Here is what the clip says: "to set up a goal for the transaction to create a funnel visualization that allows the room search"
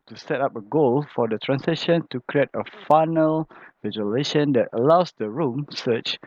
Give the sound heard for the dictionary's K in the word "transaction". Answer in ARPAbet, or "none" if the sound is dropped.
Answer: none